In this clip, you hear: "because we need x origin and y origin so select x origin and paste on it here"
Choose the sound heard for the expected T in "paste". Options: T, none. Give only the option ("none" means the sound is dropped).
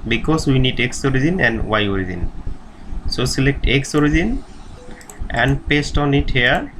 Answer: T